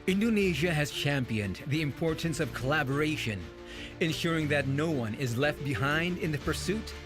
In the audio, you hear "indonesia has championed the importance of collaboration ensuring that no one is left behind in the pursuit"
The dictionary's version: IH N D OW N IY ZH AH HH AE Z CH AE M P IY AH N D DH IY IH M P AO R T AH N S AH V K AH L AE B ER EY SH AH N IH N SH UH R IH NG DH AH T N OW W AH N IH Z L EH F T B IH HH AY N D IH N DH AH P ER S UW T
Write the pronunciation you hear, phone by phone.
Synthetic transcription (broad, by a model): IH N D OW N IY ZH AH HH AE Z CH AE M P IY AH N DH IY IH M P AO R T N S AH V K AH L AE B ER EY SH AH N IH N SH UH R IH NG DH AH T N OW W AH N IH Z L EH F T B IH HH AY N D IH N DH AH P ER S UW T